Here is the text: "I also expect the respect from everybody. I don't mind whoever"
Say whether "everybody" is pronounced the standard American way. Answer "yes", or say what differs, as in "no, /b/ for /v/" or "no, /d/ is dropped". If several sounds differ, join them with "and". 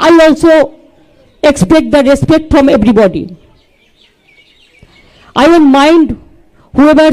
no, /b/ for /v/